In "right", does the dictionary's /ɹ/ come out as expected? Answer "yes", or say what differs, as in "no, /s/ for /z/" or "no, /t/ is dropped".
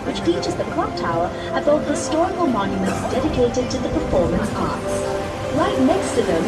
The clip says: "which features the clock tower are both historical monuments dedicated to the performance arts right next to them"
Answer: no, /l/ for /ɹ/